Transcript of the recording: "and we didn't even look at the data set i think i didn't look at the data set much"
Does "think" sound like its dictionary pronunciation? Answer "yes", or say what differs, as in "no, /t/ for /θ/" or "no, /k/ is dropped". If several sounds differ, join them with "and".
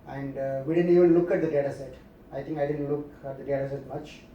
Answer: no, /t/ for /θ/